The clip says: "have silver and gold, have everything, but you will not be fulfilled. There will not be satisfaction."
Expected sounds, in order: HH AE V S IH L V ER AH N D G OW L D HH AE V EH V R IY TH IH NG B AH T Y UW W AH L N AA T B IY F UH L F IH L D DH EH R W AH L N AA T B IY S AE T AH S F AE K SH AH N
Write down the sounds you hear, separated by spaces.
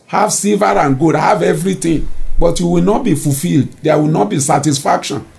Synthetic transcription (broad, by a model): HH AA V S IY L V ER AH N G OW D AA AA V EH V R IY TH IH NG B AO T Y UW W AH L N AA T B IY F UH L F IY L D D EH W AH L N AA T B IY S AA T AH S F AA K SH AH N